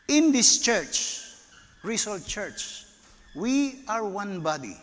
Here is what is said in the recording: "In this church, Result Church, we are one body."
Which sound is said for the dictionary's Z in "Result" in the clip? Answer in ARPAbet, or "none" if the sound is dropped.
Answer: S